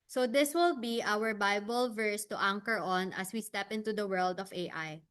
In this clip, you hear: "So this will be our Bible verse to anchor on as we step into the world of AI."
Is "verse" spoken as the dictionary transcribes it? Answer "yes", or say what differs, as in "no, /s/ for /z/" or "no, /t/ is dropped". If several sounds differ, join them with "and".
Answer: yes